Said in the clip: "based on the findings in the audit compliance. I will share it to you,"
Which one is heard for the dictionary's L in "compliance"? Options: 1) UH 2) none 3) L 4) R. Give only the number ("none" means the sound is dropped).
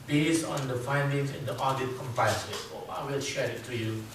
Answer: 2